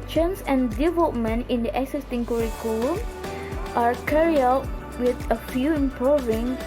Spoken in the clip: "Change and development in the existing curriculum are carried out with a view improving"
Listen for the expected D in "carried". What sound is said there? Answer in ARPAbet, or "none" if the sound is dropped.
none